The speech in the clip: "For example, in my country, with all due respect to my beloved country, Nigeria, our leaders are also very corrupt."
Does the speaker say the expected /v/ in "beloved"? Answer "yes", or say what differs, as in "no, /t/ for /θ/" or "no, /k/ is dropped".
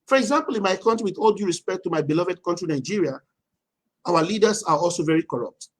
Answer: yes